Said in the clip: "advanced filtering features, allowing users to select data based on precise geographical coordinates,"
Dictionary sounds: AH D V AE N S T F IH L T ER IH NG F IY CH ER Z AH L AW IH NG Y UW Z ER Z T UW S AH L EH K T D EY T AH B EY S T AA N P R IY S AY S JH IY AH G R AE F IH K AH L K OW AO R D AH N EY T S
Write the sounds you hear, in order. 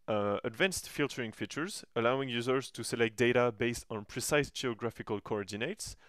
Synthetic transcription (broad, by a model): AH D V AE N S T F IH L T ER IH NG F IY CH ER Z AH L AW IH NG Y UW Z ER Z T UW S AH L EH K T D EY T AH B EY S T AA N P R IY S AY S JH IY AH G R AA F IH K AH L K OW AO R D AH N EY T S